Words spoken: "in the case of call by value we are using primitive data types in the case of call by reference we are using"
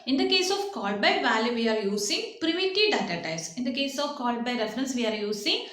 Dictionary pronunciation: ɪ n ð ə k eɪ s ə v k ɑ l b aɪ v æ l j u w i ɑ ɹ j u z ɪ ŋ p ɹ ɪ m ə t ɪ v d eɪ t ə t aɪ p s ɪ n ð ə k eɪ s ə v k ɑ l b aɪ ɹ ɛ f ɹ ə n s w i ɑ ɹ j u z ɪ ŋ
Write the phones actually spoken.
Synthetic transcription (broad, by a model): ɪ n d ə k eɪ s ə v k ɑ l b aɪ v æ l j u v i ɑ ɹ j u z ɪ ŋ p ɹ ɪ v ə t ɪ d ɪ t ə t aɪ s ɪ n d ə k eɪ s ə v k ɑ l b aɪ ɹ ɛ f ɹ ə n s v i ɑ ɹ j u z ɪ ŋ